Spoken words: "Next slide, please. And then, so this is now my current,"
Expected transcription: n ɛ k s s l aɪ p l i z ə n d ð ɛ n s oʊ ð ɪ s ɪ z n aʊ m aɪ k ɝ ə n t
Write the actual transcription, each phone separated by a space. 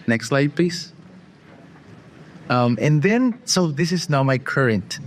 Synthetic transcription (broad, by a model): n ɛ k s s l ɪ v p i s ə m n ð ɛ n s oʊ ð ɪ s ɪ z n aʊ m aɪ k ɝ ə n t